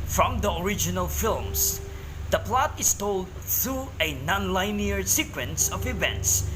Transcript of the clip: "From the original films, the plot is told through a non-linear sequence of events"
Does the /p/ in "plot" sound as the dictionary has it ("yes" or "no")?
yes